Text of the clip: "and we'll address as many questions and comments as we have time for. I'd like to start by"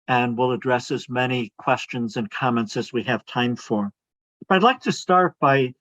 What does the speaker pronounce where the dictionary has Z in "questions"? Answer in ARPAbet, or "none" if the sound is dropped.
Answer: Z